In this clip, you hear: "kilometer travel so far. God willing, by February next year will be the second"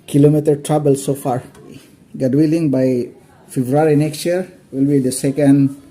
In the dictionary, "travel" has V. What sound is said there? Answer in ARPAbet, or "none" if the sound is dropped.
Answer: B